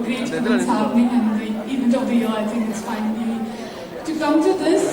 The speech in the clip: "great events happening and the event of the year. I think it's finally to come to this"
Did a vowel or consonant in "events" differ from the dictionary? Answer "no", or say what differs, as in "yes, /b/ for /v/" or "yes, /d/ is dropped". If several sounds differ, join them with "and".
yes, /v/ is dropped